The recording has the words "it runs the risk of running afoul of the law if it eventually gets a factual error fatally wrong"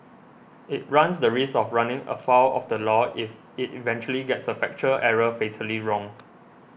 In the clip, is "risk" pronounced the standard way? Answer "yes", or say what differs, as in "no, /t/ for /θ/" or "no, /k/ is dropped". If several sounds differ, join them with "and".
no, /k/ is dropped